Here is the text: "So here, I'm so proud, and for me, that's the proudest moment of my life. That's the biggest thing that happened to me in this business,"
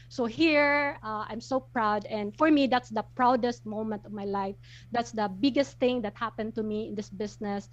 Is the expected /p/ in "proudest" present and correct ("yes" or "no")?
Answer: yes